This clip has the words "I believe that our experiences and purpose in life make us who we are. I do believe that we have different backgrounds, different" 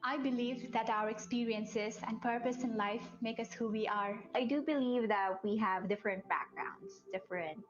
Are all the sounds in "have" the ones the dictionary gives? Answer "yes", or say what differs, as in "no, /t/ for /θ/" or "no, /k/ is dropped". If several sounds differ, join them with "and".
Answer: yes